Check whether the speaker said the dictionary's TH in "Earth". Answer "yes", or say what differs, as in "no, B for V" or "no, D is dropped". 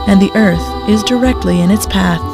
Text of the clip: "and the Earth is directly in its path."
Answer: yes